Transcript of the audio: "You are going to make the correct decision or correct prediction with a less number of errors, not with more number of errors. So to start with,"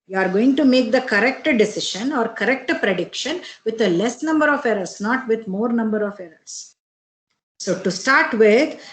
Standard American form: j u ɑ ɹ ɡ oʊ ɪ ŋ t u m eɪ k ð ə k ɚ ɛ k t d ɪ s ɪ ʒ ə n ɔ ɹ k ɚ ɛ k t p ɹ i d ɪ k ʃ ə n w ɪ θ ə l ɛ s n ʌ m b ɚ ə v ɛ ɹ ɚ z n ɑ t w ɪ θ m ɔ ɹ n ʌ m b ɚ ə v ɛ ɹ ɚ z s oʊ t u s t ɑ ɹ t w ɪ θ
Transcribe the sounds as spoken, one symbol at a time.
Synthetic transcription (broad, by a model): j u ɑ ɹ ɡ oʊ ɪ ŋ t u m eɪ k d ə k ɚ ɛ k t d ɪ s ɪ ʃ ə n ɔ ɹ k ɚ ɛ k t p ɹ i d ɪ k ʃ ə n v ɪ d ə l ɛ s n ʌ m b ɚ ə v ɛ ɹ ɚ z n ɑ t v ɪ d m ɔ ɹ n ʌ m b ɚ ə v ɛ ɹ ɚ s oʊ t u s t ɑ ɹ t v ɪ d